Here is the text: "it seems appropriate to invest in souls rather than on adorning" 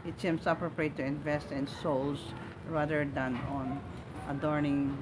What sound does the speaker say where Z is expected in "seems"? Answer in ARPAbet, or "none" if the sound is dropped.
S